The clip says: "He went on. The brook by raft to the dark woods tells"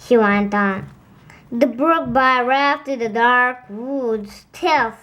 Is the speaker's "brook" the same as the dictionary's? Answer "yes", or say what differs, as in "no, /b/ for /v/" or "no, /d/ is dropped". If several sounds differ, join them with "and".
yes